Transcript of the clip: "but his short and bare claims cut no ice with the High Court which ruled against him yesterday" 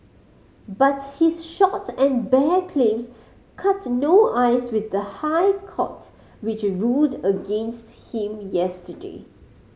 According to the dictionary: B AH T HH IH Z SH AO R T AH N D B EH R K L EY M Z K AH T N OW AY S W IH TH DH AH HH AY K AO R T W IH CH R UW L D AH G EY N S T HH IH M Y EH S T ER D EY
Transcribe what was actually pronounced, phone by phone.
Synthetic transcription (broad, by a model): B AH T HH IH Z SH AO T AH N B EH K L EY M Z K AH T N OW AY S W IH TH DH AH HH AY K AO T W IH CH R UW D AH G EY N S T HH IH M Y EH S T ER D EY